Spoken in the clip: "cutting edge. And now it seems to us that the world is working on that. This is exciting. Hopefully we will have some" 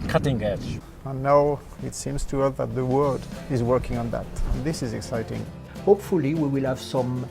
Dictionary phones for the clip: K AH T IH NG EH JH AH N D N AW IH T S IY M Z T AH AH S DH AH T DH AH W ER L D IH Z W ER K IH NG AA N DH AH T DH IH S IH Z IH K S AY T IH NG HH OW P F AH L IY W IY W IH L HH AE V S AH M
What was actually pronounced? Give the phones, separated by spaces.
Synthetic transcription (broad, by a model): K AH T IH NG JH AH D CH N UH IH T S IY M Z T AH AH DH AH T DH AH W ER D IH Z W ER K IH NG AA N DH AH T DH IH S IH Z IH K S AY T IH NG HH OW P F AH L IY W IY W IH L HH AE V S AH M